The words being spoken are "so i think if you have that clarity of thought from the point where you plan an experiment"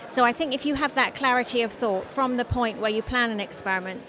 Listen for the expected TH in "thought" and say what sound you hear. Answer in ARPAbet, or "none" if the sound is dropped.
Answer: TH